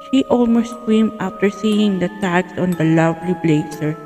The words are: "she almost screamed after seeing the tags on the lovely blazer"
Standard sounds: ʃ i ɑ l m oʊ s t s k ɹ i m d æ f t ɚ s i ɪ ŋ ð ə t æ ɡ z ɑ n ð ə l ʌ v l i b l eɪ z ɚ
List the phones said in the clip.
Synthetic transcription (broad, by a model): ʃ i ɑ l m oʊ s t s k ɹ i m ɑ f t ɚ s i ɪ ŋ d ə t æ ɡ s ɑ n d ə l ʌ v l i b l eɪ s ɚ